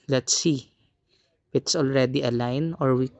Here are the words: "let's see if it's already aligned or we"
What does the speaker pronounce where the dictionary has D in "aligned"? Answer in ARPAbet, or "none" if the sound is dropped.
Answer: none